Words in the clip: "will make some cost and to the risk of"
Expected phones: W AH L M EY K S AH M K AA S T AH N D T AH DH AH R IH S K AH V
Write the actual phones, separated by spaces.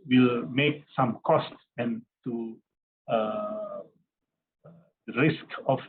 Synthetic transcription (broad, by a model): W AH L M EY K S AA M K AA S T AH N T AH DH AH R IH S K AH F